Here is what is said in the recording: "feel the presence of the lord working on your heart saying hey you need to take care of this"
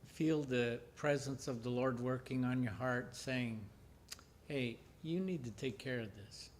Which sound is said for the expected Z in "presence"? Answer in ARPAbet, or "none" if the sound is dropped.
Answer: Z